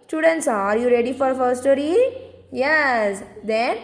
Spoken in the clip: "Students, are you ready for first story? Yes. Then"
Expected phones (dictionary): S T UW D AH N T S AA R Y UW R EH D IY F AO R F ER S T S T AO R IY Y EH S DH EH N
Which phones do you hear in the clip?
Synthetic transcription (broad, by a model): S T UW D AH N T S AA R Y UW R EH D IY F AO R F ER T S T AO R IY Y EH S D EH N